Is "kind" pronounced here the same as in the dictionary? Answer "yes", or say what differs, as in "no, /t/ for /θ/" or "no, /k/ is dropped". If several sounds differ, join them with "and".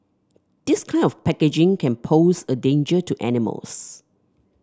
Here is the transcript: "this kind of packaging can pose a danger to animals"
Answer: no, /d/ is dropped